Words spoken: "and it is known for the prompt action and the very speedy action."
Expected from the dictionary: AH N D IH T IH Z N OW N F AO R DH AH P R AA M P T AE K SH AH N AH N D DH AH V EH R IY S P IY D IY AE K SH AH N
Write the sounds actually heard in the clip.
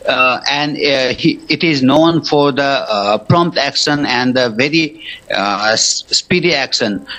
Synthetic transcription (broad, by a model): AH N D IH T IH Z N OW N F AO R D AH P R AA M P T AE K SH AH N AH N D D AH V EH R IY S P IY D IY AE K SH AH N